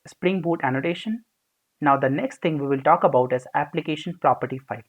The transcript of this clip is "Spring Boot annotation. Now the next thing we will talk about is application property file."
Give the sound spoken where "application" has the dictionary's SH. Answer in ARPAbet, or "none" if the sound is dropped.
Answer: SH